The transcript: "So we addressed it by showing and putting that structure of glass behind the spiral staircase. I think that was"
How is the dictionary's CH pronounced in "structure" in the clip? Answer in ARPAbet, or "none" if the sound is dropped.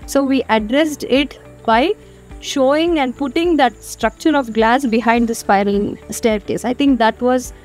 CH